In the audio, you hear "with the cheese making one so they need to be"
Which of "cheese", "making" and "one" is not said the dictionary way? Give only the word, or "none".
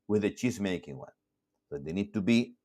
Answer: cheese